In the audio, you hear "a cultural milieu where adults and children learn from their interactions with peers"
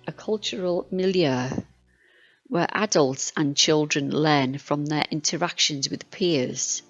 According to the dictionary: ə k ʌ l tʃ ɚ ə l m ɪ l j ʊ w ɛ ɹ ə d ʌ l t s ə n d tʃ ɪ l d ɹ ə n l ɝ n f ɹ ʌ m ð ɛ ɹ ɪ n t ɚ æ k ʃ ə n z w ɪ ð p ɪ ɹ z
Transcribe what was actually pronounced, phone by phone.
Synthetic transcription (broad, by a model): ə k ʌ l tʃ ɚ ə l m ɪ l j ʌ w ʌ ɹ ə d ʌ l t s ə n tʃ ɪ l d ɹ ə n l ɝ n f ɹ ʌ m ð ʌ ɹ ɪ n t ɚ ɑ k ʃ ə n z w ɪ ð p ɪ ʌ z